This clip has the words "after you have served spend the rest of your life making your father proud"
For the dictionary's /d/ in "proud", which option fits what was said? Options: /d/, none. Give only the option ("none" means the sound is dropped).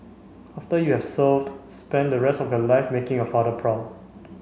none